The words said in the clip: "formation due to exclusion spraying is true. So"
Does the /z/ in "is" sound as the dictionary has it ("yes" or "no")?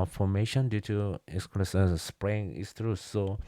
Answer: no